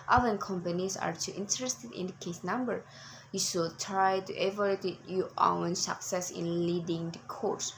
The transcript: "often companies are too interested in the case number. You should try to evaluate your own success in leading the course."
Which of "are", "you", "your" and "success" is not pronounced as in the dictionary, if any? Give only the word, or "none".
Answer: your